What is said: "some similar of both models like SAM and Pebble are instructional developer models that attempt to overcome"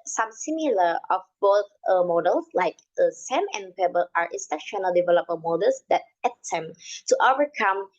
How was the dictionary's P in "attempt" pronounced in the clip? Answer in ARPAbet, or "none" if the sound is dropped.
none